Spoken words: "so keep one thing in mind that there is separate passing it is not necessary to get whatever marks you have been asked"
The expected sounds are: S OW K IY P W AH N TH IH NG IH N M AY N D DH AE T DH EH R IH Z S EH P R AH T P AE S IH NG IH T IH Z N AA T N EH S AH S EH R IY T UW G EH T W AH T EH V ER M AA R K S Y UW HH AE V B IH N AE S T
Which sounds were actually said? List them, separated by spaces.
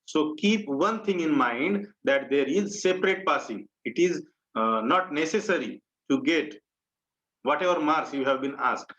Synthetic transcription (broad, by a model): S OW K IY P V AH N T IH NG IH N M AY N D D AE T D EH R IH Z S EH P R AH T P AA S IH NG IH T IH Z N AA T N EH S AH S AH R IY T UW G EH T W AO T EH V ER M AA R S Y UW HH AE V B IH N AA S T